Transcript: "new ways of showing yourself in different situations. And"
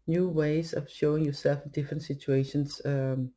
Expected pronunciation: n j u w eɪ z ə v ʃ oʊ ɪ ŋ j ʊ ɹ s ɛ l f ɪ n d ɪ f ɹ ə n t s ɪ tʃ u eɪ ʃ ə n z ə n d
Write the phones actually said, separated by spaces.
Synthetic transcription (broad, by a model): n j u w eɪ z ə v ʃ oʊ ɪ ŋ j ʊ ɹ s ɛ l f d ɪ f ɹ ə n t s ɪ tʃ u eɪ ə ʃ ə n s